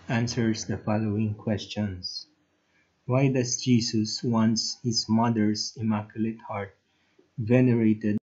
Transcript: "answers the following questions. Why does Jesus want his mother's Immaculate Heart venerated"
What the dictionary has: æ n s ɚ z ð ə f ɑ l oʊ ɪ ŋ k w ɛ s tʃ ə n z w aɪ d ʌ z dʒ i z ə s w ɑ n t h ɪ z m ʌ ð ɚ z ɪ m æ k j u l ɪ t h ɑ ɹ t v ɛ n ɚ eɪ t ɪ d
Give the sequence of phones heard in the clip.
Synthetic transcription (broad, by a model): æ n s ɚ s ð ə f ɑ l oʊ ɪ ŋ k w ɛ s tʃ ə n s w aɪ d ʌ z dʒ i s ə s w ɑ n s h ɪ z m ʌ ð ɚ s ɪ m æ k j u l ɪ t h ɑ ɹ t v ɛ n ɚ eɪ t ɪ d